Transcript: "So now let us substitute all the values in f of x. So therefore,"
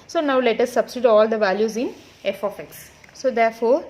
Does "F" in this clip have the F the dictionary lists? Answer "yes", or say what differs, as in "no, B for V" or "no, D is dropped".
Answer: yes